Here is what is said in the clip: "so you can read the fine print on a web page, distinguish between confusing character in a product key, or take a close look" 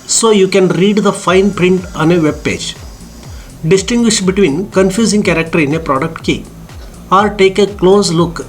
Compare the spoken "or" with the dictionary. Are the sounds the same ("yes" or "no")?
no